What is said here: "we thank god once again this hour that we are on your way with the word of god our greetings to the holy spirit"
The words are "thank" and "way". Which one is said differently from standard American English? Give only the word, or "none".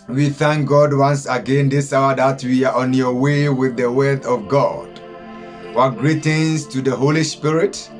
none